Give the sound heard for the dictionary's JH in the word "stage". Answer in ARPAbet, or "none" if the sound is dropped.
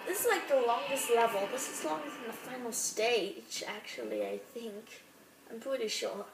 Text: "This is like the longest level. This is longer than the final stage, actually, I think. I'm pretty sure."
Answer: CH